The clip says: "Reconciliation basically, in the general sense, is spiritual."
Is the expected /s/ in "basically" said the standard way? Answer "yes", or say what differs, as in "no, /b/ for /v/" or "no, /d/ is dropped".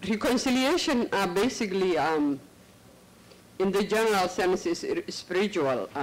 yes